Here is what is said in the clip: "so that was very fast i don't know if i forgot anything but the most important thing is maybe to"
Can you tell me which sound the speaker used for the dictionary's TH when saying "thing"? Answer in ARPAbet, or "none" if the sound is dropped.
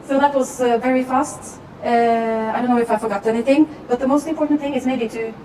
TH